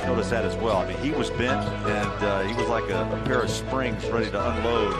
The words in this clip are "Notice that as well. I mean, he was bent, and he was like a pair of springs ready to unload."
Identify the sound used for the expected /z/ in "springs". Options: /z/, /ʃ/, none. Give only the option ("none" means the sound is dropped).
/z/